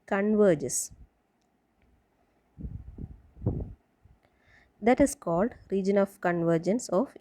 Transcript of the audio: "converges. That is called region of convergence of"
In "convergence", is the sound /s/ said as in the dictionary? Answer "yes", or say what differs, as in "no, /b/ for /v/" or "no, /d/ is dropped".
yes